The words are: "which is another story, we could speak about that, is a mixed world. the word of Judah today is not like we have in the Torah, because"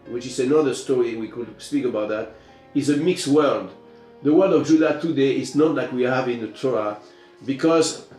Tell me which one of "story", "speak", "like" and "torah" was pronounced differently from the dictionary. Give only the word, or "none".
torah